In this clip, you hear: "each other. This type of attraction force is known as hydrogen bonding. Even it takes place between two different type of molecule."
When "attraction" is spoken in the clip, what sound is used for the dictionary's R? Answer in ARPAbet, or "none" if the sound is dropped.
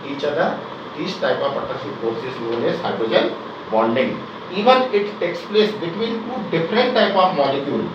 none